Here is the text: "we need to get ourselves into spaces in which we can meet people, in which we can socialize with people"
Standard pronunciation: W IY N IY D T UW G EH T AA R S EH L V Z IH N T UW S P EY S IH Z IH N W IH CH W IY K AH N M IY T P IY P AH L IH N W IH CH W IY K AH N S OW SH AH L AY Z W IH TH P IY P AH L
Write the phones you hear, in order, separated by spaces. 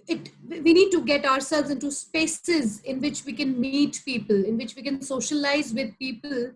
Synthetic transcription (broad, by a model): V IY N IY D T UW G EH T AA R S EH L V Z IH N T UW S P EY S IH Z IH N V IH CH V IY K AH N M IY T P IY P AH L IH N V IH CH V IY K AH N S OW SH AH L AY Z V IH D P IY P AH L